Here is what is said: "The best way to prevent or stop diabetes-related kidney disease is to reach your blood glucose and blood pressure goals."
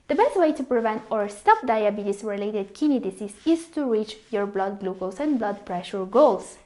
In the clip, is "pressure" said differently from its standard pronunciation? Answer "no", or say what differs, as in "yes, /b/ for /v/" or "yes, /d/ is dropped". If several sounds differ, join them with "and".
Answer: no